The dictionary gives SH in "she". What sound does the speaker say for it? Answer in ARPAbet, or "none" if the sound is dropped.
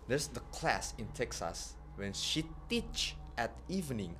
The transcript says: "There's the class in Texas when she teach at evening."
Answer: SH